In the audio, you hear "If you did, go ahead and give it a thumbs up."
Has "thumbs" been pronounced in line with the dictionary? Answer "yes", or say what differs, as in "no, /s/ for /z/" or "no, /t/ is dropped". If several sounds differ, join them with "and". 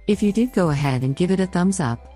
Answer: yes